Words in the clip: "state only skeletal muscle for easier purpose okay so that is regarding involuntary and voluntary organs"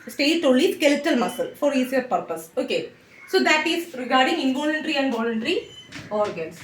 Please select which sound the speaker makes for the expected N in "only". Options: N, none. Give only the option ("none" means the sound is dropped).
none